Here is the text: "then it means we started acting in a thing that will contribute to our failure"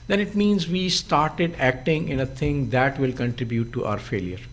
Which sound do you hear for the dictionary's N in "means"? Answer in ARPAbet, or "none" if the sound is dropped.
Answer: N